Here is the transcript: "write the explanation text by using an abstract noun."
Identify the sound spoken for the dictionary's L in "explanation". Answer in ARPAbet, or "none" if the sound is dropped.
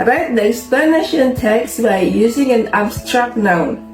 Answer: none